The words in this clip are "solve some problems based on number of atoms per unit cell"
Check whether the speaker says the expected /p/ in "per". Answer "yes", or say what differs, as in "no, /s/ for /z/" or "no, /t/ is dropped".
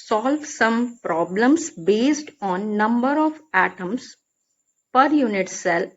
yes